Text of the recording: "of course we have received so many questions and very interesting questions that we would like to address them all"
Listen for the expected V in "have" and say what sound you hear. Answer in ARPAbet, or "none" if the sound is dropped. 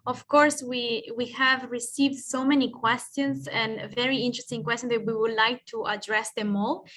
V